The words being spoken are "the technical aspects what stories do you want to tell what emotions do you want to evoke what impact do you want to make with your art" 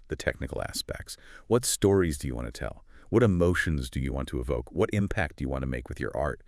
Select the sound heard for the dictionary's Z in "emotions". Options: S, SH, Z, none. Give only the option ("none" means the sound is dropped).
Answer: Z